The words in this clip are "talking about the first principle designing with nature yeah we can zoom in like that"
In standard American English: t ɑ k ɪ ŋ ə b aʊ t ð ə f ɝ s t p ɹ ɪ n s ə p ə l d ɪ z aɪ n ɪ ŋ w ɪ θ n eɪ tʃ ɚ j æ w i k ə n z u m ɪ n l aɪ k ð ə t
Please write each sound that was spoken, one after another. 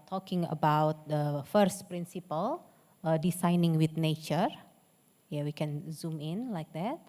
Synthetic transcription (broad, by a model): t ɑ k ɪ ŋ ə b aʊ t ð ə f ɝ s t p ɹ ɪ n s ə p ə l d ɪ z aɪ n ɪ ŋ w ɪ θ n eɪ tʃ ɚ j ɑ w i k ə n z u m ɪ n l aɪ k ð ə t